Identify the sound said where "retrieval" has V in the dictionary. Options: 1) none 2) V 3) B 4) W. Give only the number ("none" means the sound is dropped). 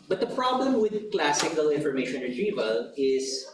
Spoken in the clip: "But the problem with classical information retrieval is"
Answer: 2